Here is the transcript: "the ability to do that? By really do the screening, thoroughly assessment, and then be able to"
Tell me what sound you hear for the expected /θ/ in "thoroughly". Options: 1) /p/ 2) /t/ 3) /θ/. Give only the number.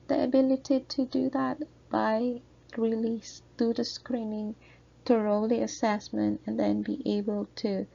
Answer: 2